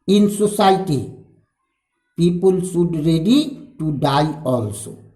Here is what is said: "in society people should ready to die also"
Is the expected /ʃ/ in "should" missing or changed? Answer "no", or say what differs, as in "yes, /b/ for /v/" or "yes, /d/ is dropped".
yes, /s/ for /ʃ/